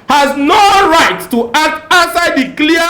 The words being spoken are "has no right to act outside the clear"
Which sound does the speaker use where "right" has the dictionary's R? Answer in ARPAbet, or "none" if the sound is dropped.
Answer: R